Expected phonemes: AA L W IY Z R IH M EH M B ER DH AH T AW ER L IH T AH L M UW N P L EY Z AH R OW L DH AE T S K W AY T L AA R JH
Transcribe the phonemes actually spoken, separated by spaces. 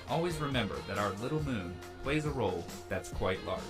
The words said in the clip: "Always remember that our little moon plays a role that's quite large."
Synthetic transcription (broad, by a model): AA L W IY Z R IH M EH M B ER DH AH T AW ER L IH T L M UW N P L EY Z AH R OW L DH AE T S K W AY T L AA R